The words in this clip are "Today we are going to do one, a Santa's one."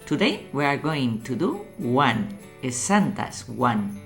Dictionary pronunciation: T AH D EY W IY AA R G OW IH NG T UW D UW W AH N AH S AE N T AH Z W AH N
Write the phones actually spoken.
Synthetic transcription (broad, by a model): T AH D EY W IY AA R G OW IH NG T UW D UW W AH N AH S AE N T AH S W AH N